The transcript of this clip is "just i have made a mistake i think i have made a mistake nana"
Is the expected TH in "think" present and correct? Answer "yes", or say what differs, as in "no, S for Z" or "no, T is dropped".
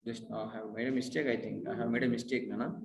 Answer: no, T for TH